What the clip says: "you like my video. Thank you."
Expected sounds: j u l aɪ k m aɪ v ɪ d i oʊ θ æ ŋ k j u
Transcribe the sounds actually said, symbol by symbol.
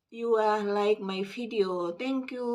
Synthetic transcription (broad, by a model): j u l aɪ k m aɪ f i d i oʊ t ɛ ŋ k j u